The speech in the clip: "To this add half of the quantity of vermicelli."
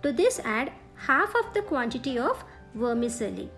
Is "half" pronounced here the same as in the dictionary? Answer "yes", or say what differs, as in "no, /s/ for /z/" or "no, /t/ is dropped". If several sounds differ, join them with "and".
yes